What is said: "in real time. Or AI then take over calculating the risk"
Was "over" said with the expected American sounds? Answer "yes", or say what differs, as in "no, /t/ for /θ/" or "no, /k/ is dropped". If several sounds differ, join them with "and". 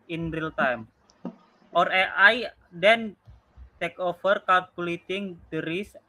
no, /f/ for /v/